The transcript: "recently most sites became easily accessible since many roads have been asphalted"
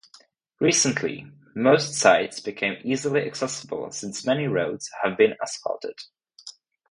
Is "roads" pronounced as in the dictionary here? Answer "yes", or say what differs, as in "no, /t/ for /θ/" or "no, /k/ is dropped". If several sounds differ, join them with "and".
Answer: yes